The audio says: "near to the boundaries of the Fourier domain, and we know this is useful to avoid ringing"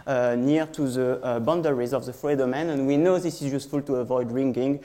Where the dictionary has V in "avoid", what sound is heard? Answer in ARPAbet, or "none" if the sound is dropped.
V